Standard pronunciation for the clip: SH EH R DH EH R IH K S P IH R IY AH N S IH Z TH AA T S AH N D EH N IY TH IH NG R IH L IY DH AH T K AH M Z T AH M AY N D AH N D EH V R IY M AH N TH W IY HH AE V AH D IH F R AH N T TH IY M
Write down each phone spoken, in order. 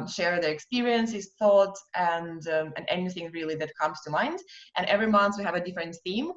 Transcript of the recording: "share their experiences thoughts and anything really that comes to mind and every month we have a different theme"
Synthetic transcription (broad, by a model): SH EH R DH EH R IH K S P IH R IY AH N S IH Z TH AA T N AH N EH N IY TH IH NG R IH L IY DH AH T K AH M Z T AH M AY N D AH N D EH V R IY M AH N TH W IY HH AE V AH D IH F R AH N T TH IY M